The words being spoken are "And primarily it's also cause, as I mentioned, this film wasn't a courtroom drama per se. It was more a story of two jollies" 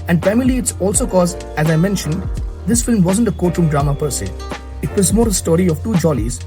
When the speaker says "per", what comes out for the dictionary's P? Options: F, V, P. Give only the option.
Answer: P